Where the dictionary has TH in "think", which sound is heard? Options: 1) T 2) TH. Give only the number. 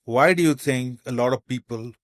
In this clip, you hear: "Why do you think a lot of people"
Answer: 1